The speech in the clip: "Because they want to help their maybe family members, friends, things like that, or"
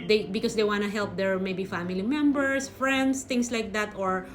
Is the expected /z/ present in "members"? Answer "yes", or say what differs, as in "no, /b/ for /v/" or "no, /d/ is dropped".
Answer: no, /s/ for /z/